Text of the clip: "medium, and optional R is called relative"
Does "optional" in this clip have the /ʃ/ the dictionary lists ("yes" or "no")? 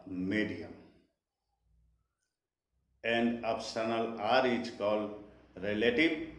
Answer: no